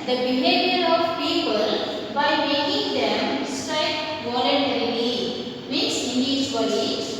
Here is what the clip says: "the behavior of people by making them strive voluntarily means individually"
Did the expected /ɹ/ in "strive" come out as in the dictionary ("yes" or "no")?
no